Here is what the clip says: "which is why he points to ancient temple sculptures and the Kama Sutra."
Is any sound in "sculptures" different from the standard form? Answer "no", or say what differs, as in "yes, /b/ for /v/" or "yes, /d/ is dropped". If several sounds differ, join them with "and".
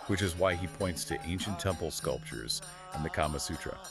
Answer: no